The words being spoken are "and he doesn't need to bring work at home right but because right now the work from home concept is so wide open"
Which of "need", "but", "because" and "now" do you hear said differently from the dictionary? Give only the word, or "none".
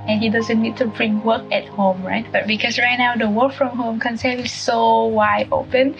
because